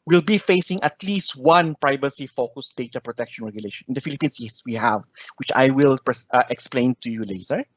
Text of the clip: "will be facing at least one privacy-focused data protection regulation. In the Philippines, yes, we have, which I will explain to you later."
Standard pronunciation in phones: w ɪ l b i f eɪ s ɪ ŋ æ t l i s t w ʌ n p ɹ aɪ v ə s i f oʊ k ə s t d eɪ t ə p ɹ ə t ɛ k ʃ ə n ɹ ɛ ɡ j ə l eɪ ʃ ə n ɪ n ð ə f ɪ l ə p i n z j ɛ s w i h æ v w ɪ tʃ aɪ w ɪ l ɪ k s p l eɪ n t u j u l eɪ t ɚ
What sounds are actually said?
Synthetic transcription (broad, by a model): w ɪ l b i f eɪ s ɪ ŋ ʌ t l i s t w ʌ n p ɹ aɪ v ə s i f oʊ k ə s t d eɪ t ə p ɹ ə t ɛ k ʃ ə n ɹ ɛ ɡ j ə l eɪ ʃ ə n ɪ n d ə f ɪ l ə p i n s j ɛ s w i h æ v w ɪ tʃ aɪ w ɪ l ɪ k s p l eɪ n t u j u l eɪ t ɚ